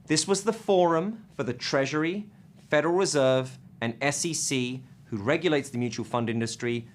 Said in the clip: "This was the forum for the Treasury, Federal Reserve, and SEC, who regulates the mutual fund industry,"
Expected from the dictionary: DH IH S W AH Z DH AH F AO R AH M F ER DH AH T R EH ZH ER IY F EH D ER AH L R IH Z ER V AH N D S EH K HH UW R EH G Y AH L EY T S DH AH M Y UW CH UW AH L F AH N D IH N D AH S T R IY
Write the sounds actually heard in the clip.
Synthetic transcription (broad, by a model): DH IH S W AH Z DH AH F AO R AH M F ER DH AH T R EH ZH ER IY F EH D ER AH L R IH Z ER V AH N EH S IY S HH UW R EH G Y AH L EY T S DH AH M Y UW CH UW AH L F AH N D IH N D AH S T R IY